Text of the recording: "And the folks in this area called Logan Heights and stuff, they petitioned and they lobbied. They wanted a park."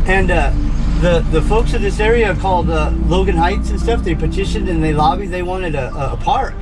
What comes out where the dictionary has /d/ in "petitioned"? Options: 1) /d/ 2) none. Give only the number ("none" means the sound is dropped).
2